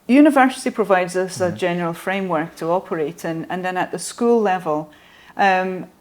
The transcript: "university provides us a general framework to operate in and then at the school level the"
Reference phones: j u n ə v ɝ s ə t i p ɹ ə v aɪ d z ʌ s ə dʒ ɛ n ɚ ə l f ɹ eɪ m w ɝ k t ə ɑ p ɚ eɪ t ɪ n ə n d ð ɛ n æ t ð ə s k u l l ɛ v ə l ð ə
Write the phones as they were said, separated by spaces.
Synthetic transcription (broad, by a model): j u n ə v ɝ s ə t i p ɹ ə v aɪ d z ʌ s ə dʒ ɛ n ɚ ə l f ɹ eɪ m w ɝ k t ə ɑ p ɚ eɪ t ɪ n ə n ð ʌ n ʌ t ð ə s k u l l ɛ v ə l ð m